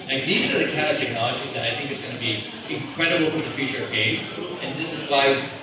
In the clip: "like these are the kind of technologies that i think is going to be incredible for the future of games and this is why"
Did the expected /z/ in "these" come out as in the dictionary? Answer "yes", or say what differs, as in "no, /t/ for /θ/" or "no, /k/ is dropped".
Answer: yes